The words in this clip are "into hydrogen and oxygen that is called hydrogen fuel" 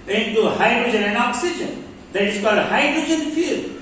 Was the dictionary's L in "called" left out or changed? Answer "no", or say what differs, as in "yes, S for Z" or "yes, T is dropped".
yes, L is dropped